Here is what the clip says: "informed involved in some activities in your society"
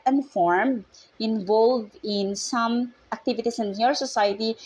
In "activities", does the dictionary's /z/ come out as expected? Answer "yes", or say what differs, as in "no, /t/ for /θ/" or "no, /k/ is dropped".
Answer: no, /s/ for /z/